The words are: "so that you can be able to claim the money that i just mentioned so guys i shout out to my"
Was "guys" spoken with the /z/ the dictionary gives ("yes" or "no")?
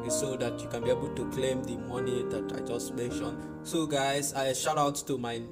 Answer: no